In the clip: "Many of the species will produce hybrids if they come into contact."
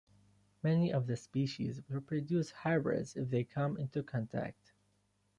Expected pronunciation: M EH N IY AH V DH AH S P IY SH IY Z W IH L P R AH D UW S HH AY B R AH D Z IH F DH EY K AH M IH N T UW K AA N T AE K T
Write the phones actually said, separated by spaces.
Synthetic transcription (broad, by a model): M EH N IY AH V DH AH S P IY SH IY Z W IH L P R AH D UW S HH AY B R AH D Z IH F DH EY K AH M IH N T UW K AA N T AE K T